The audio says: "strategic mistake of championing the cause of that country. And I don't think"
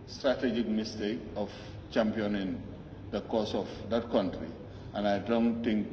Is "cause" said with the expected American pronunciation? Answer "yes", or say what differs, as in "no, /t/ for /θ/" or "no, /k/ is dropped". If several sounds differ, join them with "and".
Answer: no, /s/ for /z/